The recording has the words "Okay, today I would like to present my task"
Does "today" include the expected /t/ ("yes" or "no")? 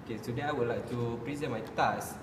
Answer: no